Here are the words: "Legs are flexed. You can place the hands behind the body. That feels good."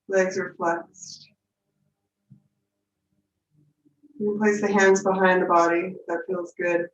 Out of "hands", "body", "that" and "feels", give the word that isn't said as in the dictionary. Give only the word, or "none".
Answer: none